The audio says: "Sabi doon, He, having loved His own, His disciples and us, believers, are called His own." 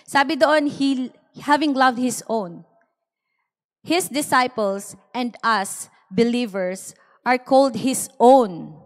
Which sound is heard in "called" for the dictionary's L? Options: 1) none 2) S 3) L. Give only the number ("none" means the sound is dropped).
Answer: 3